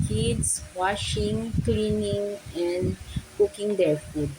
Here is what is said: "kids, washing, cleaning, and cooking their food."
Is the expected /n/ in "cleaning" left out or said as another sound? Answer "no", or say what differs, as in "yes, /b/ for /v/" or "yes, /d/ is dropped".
no